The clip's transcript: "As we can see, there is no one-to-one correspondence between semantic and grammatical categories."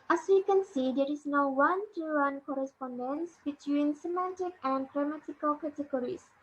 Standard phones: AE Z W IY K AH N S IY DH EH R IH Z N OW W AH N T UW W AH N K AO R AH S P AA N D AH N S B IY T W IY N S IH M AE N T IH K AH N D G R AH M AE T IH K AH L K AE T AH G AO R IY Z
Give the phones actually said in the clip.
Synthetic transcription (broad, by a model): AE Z W IY K AH N S IY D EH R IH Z N OW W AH N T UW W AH N K AO R AH S P AA N D AH N S B IY T W IY N S IH M AE N T IH K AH N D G R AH M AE T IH K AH L K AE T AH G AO R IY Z